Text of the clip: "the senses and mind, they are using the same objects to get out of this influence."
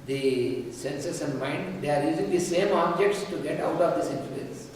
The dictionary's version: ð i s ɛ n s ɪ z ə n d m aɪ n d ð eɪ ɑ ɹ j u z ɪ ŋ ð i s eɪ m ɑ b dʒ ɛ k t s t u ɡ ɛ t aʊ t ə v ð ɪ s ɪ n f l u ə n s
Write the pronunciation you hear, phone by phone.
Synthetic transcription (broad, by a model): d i s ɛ n s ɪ s ə n d m aɪ n d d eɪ ɑ ɹ j u z ɪ ŋ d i s eɪ m ɑ b dʒ ɛ k t s t u ɡ ɛ t aʊ t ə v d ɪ s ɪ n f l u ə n s